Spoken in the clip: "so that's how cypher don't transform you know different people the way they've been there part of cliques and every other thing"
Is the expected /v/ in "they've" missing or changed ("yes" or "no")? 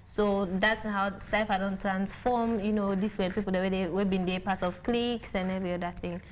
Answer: yes